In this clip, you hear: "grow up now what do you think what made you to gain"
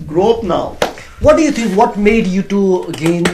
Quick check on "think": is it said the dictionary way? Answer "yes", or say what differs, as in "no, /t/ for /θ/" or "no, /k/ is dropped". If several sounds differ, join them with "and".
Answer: no, /t/ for /θ/